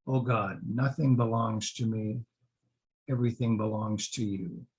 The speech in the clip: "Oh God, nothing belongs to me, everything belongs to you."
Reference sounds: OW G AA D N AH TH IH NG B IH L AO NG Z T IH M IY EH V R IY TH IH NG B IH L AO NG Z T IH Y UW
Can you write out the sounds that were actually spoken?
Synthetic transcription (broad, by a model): OW G AA D N AH TH IH NG B IH L AO NG Z T IH M IY EH V R IY TH IH NG B IH L AO NG Z T IH Y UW